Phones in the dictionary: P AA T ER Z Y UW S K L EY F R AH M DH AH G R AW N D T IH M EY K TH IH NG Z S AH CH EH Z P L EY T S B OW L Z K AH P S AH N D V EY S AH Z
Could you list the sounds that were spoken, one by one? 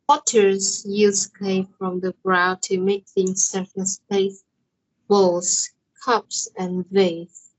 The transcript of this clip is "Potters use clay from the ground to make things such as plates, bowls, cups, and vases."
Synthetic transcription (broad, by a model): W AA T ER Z Y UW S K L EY F R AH M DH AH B R AW T IH M EY K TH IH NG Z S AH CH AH S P EY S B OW L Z K AH P S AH N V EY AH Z